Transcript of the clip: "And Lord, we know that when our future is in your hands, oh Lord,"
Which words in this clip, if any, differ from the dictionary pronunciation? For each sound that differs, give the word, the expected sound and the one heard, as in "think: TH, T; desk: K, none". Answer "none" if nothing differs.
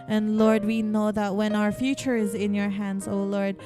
none